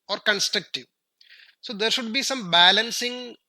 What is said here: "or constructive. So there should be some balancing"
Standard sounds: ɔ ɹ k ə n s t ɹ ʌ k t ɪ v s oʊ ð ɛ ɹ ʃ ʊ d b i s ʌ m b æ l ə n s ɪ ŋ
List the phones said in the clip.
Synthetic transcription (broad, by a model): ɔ ɹ k ə n s t ɹ ʌ k t ɪ v s oʊ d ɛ ɹ ʃ ʊ d b i s ʌ m b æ l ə n s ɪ ŋ